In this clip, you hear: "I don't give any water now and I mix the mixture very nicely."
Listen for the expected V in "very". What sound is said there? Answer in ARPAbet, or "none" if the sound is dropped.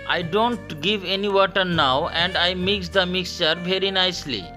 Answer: V